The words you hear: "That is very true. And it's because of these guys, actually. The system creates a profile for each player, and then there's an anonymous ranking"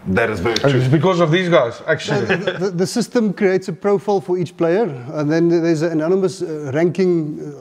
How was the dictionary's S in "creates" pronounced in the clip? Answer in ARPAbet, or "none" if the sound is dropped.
S